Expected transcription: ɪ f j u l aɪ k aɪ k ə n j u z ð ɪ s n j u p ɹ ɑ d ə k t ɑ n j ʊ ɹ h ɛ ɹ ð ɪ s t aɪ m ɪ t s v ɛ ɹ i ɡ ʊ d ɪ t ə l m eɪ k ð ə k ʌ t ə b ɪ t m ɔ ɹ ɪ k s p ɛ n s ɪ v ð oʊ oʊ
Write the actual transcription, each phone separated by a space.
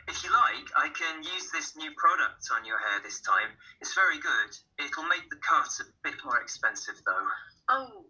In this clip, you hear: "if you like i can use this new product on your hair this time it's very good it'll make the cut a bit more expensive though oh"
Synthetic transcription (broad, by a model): ɪ f j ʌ l aɪ k aɪ k ə n j u z ð ɪ s n j u p ɹ ɑ d ə k t n j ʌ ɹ h ɛ ð ɪ s t aɪ m ɪ t s v ɛ ɹ i ɡ ʊ d ɪ t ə l m eɪ k ð ə k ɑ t ə b ɪ t m ɔ ɹ ɪ k s p ɛ n s ɪ v ð oʊ oʊ